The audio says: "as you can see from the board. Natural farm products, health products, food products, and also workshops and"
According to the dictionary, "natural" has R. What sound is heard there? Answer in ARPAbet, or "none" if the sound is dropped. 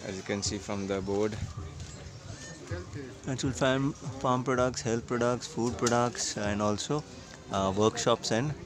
none